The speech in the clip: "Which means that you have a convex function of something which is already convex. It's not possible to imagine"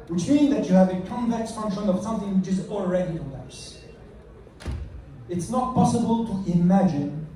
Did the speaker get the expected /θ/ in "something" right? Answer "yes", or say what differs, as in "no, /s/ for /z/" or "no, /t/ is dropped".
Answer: yes